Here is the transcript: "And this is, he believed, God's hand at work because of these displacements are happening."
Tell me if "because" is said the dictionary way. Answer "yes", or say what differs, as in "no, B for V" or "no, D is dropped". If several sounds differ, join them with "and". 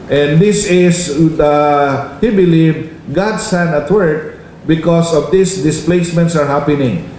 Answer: no, S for Z